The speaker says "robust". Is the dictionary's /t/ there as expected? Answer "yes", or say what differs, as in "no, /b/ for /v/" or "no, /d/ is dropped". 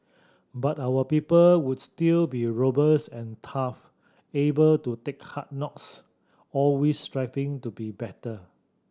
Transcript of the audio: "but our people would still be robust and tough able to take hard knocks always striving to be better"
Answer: no, /t/ is dropped